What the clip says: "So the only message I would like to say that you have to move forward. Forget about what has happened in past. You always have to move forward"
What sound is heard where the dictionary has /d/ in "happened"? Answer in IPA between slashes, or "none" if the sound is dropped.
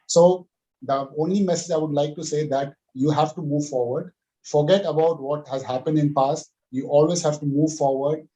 /d/